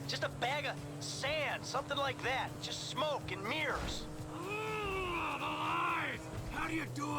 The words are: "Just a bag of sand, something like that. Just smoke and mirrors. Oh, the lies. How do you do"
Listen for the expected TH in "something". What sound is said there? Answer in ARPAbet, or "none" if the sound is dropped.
TH